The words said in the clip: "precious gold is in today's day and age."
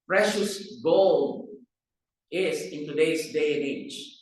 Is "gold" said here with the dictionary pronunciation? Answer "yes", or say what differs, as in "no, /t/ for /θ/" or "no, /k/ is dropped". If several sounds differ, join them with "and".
no, /d/ is dropped